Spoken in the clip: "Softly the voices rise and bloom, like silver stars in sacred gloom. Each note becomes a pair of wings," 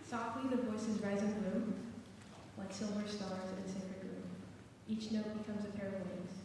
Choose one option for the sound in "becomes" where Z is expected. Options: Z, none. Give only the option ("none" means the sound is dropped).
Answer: Z